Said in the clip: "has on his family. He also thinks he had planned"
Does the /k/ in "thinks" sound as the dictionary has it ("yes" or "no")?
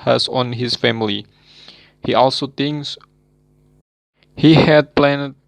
no